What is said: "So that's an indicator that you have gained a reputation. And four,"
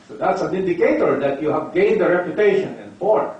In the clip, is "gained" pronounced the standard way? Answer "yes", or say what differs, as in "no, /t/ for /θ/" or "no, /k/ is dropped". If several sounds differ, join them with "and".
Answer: yes